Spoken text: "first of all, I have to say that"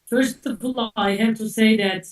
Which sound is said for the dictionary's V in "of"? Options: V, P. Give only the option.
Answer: P